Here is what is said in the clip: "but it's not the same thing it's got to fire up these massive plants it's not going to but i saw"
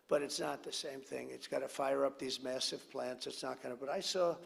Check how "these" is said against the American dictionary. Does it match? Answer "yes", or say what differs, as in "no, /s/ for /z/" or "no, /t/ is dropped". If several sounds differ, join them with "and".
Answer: yes